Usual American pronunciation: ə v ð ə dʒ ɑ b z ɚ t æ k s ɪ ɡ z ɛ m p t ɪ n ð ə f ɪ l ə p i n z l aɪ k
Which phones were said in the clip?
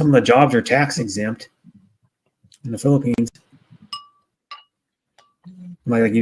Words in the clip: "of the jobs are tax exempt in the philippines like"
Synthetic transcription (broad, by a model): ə v ð ə dʒ ɑ b z ɚ t æ k s ɪ ɡ z ɛ m p t ɪ n ð ə f ɪ l ə p i n z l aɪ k